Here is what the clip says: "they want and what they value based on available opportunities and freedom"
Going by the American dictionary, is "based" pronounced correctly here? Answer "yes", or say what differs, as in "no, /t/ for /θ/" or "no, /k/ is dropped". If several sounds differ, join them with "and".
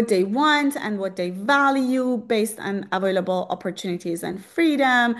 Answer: yes